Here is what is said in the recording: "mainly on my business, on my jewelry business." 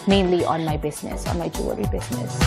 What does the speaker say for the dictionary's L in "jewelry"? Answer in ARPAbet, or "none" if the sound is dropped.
none